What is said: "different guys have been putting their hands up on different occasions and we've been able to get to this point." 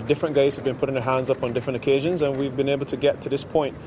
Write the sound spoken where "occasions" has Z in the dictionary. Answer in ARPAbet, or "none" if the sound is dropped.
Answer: Z